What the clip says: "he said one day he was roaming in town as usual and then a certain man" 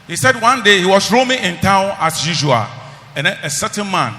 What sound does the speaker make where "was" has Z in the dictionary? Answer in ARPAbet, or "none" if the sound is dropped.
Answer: S